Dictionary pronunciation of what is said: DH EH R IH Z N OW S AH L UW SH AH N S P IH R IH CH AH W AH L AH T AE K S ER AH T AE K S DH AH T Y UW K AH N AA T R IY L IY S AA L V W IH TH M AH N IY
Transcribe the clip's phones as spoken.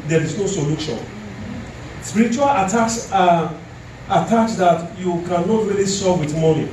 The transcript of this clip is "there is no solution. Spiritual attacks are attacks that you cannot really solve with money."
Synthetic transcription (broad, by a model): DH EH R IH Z N OW S AH L UW SH AH N S P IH R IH CH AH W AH L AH T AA K S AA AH T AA K S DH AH T Y UW K AH N AA T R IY L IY S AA V W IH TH M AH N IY